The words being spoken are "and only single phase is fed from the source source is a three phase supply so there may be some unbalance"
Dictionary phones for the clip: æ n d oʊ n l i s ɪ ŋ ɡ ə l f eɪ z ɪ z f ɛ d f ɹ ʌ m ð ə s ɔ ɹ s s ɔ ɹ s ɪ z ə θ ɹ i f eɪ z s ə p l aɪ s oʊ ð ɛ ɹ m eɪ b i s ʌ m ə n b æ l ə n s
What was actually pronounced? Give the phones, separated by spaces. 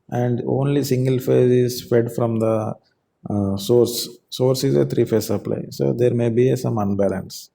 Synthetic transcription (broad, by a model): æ n d oʊ n l i s ɪ ŋ ɡ ə l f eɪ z ɪ z f ɛ d f ɹ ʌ m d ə s ɔ ɹ s s ɔ ɹ s ɪ z ə t ɹ i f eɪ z s ə p l aɪ s oʊ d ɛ ɹ m eɪ b i s ʌ m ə n b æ l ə n s